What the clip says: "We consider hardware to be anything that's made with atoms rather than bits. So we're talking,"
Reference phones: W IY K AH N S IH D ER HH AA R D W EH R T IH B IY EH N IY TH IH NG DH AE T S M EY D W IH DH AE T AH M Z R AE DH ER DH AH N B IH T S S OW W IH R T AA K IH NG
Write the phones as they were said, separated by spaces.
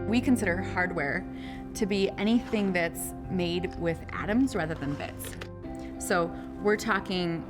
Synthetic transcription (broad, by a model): W IY K AH N S IH D ER HH AA R D W EH R T IH B IY EH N IY TH IH NG DH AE T S M EY D W IH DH AE T AH M Z R AE DH ER DH AH N B IH T S S OW W IH R T AA K IH NG